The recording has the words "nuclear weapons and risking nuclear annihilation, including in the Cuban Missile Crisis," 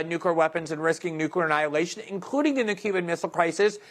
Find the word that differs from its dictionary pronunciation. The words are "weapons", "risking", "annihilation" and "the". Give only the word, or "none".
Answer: none